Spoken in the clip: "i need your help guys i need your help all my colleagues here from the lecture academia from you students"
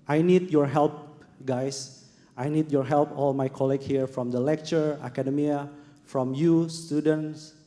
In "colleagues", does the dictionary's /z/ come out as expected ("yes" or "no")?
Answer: no